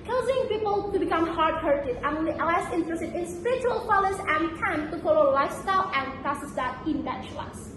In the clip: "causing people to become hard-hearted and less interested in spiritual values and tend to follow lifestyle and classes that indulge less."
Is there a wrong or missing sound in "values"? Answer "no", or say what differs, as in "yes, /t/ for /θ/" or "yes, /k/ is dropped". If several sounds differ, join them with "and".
yes, /f/ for /v/